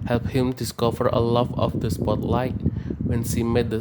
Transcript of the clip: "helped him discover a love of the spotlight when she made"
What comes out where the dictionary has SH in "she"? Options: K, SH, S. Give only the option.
S